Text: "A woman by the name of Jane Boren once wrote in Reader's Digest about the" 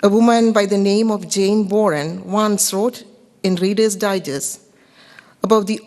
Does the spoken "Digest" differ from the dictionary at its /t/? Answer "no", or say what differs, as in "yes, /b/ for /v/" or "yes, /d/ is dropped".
yes, /t/ is dropped